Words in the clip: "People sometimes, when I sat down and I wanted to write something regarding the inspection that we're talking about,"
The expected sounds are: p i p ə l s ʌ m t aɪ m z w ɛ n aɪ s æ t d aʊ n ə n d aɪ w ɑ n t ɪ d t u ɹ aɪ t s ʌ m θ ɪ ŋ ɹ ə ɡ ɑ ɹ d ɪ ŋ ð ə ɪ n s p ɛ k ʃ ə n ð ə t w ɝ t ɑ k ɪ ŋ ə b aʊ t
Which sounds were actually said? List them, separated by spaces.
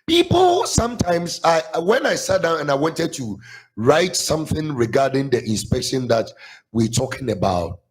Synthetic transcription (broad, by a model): p i p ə l s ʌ m t aɪ m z w ɛ n aɪ s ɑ t d aʊ n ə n aɪ w ɑ n t ɪ d t u ɹ aɪ t s ʌ m θ ɪ ŋ ɹ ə ɡ ɑ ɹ d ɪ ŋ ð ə ɪ n s p ɛ k ʃ ə n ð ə t w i t ɑ k ɪ ŋ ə b aʊ t